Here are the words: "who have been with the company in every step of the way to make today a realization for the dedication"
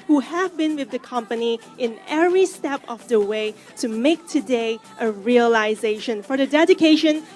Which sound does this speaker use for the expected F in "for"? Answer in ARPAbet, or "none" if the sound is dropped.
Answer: F